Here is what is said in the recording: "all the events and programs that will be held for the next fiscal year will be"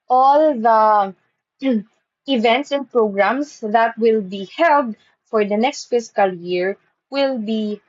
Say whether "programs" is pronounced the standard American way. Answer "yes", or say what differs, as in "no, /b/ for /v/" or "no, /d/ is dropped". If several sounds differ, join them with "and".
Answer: no, /s/ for /z/